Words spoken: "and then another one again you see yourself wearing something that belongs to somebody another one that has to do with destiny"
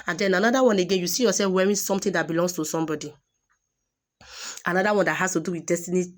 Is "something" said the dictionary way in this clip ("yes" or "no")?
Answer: no